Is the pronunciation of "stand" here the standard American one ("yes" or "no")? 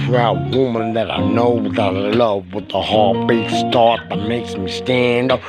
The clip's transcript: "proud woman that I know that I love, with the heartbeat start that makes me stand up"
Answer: yes